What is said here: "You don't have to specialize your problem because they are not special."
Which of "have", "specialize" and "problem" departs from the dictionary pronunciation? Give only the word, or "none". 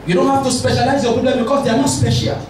have